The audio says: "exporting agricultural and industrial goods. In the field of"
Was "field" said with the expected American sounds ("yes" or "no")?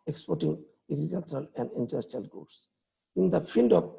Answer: no